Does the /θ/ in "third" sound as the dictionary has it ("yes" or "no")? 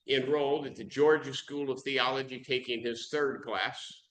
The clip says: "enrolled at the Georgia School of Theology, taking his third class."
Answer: yes